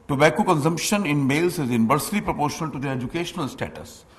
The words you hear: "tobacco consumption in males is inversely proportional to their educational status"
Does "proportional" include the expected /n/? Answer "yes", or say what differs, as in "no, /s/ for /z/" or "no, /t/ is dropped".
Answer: yes